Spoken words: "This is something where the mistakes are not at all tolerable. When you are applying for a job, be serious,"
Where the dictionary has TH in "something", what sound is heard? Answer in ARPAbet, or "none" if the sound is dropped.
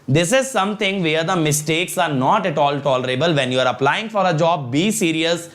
T